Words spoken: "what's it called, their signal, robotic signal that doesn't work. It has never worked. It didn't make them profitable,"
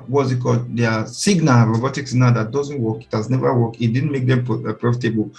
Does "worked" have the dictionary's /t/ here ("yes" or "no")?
no